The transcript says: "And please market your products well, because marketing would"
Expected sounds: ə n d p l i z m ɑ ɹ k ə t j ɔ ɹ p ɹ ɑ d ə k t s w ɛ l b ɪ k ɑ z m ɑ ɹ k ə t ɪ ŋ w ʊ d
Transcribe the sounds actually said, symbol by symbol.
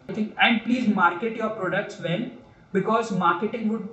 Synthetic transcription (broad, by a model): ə n d p l i z m ɑ ɹ k ə t j ɔ ɹ p ɹ ɑ d ə k t s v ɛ n b ɪ k ɑ z m ɑ ɹ k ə t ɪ ŋ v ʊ d